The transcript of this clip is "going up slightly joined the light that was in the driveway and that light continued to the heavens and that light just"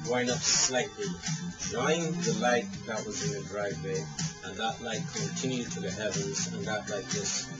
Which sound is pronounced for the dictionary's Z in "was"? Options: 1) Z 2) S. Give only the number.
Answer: 1